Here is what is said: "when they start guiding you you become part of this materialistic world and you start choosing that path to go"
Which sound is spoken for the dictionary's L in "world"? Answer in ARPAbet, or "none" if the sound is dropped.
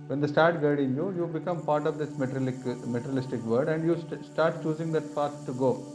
none